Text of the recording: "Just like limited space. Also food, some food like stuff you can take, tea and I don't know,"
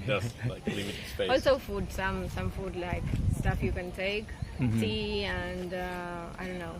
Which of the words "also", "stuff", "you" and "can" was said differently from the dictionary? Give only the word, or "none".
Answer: none